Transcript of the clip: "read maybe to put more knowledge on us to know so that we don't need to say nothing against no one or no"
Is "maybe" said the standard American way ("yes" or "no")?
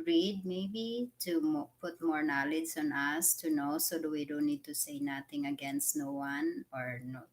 yes